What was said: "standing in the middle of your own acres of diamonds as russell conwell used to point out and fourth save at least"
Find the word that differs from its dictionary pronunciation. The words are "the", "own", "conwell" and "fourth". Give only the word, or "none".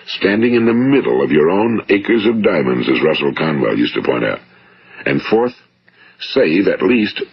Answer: none